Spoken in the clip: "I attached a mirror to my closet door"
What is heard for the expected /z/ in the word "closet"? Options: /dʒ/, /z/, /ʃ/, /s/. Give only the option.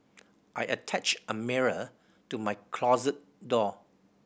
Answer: /z/